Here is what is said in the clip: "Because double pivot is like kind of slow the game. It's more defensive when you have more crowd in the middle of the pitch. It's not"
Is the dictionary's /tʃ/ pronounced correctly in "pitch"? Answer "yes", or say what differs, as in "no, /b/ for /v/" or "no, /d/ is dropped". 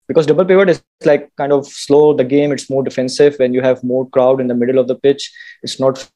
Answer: yes